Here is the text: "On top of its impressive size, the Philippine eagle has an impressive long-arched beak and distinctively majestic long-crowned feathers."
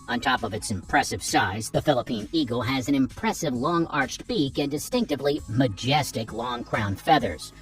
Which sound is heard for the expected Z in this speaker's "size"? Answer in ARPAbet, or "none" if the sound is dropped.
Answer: Z